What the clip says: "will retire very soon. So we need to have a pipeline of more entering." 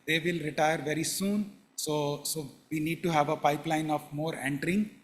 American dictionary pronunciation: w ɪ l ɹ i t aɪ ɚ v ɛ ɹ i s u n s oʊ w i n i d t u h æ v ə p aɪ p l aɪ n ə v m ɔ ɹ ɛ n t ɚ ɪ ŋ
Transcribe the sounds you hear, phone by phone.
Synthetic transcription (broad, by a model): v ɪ l ɹ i t aɪ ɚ v ɛ ɹ i s u n s oʊ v i n i d t u h æ v ə p aɪ p l aɪ n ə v m ɔ ɹ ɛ n t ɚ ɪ ŋ